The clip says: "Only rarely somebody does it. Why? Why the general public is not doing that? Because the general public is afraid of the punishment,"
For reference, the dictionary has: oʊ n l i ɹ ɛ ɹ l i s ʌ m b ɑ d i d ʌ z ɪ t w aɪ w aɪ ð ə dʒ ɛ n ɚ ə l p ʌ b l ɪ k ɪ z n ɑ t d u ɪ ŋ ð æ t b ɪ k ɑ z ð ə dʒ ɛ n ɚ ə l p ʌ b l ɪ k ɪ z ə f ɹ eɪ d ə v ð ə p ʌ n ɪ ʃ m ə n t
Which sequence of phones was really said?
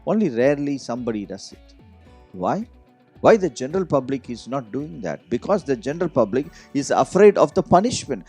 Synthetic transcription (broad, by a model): oʊ n l i ɹ ɛ ɹ l i s ʌ m b ɑ d i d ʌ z ɪ t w aɪ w aɪ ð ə dʒ ɛ n ɚ ə l p ʌ b l ɪ k ɪ z n ɑ t d u ɪ ŋ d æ t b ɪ k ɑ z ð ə dʒ ɛ n ɚ ə l p ʌ b l ɪ k ɪ z ə f ɹ eɪ d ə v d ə p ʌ n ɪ ʃ m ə n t